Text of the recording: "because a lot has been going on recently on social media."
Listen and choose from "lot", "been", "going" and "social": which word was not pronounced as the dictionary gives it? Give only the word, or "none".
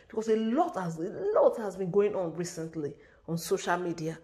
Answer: none